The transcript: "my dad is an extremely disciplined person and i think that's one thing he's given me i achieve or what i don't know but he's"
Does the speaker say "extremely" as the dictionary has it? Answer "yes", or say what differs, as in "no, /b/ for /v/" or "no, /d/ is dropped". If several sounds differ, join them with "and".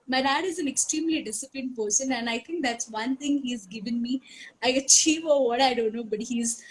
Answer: yes